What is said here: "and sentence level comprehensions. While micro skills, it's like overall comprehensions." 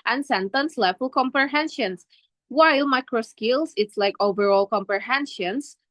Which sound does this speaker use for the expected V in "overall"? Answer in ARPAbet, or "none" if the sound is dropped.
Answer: V